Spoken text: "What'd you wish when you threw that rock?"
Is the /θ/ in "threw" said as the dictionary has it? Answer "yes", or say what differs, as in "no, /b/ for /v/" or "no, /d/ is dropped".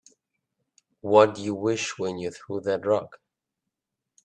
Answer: yes